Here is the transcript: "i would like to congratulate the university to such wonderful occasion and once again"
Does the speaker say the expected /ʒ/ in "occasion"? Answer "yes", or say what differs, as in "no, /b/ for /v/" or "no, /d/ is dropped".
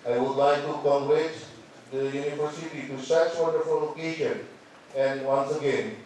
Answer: no, /ʃ/ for /ʒ/